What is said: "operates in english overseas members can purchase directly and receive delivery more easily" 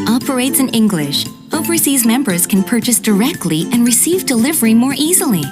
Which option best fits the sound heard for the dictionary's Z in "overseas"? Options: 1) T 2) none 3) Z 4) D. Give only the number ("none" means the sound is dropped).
3